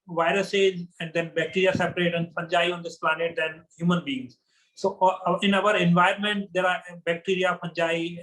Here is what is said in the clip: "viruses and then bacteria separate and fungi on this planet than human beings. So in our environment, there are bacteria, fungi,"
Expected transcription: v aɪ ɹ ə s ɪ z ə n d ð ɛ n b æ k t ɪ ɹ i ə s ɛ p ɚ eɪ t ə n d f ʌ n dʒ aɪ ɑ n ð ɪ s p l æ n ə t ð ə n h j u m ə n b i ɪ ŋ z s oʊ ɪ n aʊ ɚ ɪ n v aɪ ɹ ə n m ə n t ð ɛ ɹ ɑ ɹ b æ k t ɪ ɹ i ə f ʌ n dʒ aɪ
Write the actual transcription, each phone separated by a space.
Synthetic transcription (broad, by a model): v aɪ ɹ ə s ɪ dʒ ə n d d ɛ n b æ k t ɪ ɹ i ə s ɛ p ɚ eɪ t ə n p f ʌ n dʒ aɪ ɑ n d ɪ s p l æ n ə t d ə n h j u m ə n b i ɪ ŋ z s oʊ ɪ n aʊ ɚ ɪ n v aɪ ə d m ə n t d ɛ ɹ ɑ ɹ b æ k t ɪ ɹ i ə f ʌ n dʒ aɪ